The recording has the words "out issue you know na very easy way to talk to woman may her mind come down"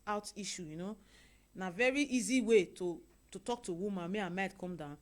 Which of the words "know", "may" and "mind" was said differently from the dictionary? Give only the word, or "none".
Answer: mind